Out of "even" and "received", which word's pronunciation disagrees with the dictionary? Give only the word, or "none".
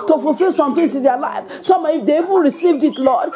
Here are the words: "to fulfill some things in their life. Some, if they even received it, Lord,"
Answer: none